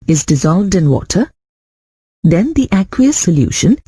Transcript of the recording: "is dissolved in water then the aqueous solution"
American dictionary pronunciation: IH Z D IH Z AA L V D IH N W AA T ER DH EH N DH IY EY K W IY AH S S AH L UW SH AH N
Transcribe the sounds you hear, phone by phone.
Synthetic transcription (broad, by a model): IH Z D IH Z AA L V D IH N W AA T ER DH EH N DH IY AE K W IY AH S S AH L UW SH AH N